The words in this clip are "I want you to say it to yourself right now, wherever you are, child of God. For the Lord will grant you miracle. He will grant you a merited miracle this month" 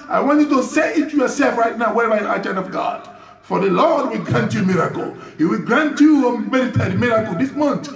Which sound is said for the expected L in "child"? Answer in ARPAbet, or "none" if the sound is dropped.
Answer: N